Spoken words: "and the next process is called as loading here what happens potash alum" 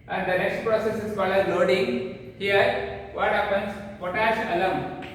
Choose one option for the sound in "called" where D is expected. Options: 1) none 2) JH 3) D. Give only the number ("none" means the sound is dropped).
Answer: 1